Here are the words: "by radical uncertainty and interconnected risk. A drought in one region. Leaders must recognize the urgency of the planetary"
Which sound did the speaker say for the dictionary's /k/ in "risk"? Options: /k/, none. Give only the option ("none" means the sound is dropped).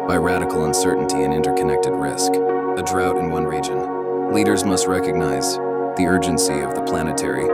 /k/